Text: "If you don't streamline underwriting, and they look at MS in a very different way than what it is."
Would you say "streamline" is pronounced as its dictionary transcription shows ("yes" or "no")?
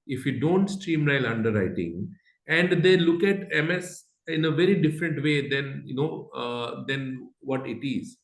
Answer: no